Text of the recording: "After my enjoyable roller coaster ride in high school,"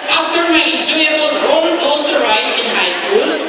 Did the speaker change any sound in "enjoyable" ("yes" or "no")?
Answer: yes